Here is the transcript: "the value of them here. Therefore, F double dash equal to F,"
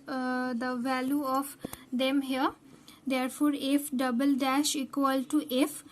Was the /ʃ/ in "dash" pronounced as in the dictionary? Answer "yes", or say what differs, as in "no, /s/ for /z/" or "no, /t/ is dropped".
yes